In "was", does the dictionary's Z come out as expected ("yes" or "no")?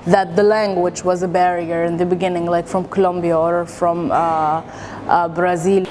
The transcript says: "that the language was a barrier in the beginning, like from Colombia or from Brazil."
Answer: yes